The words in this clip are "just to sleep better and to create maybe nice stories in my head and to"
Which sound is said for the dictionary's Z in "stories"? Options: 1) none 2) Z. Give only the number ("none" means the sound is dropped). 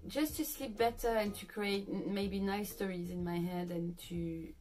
2